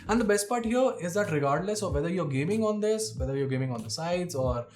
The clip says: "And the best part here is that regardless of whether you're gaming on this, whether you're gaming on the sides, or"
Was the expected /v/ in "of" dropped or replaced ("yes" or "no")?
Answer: no